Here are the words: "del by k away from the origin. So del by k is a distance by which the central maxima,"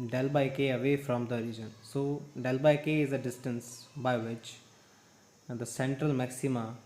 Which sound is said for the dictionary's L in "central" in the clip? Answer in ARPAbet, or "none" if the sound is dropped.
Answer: L